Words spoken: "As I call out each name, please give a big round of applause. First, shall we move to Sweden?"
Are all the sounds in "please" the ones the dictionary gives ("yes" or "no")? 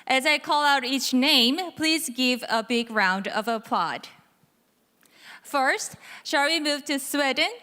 yes